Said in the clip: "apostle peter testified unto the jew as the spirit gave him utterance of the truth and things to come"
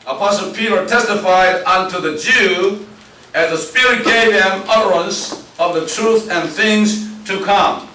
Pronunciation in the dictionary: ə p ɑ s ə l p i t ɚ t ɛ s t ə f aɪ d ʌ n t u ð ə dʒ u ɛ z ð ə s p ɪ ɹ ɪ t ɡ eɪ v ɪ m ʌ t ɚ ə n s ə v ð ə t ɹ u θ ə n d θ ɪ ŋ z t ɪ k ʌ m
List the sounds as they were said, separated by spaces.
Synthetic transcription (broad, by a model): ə p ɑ s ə l p i t ɚ t ɛ s t ə f aɪ d ʌ n t u ð ə dʒ u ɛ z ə s p ɪ ɹ ɪ t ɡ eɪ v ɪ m ʌ t ɚ ə n s ə v ð ə t ɹ u θ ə n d θ ɪ ŋ z t ɪ k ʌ m